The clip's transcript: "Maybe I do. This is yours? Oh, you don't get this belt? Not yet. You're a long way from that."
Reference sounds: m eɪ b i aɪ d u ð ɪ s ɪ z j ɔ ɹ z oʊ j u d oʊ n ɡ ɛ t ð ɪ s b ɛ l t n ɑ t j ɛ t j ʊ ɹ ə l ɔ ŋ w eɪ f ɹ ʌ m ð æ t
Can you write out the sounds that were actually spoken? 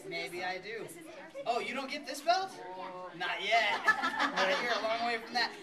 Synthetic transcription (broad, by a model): m eɪ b i aɪ d u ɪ ɪ j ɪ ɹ oʊ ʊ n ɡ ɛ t ð ɪ s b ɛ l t n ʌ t j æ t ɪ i ɹ ə l ɔ ŋ w eɪ f ɹ ʌ m ð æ t